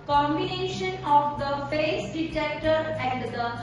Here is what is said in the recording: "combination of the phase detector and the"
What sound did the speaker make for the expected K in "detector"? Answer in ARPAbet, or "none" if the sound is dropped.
K